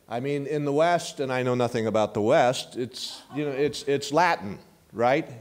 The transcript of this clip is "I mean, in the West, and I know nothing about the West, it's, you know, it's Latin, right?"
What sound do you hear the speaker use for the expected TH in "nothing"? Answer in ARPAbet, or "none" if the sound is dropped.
TH